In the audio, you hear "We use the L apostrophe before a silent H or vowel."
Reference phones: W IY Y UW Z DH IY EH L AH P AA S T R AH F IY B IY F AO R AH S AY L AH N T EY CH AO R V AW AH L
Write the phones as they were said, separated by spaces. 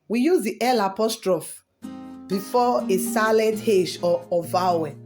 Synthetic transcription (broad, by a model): W IY Y UW Z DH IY EH L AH P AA S T R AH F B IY F AO AH S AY L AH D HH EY SH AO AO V AW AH